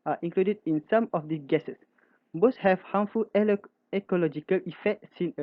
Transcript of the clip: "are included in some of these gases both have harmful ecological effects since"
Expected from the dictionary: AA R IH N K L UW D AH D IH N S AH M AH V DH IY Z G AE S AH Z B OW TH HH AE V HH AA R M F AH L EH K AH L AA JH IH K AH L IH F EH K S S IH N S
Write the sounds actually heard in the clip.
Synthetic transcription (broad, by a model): AA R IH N K L UW D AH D IH N S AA M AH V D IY S G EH S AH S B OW S HH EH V HH AA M F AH L EH K AH L AA JH IH K AH L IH F EH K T S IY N